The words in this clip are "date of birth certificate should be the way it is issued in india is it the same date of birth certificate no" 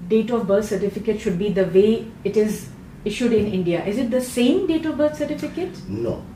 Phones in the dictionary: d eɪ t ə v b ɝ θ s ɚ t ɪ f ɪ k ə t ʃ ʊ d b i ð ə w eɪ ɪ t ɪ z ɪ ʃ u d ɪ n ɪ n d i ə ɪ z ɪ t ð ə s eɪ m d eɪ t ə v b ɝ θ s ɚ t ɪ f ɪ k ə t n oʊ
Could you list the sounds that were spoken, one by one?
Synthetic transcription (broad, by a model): d eɪ t ə v b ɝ t s ɚ t ɪ f ɪ k ə t ʃ ʊ d b i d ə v eɪ ɪ t ɪ z ɪ ʃ u d ɪ n ɪ n d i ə ɪ z ɪ t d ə s eɪ m d eɪ t ə v b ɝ t s ɚ t ɪ f ɪ k ə t n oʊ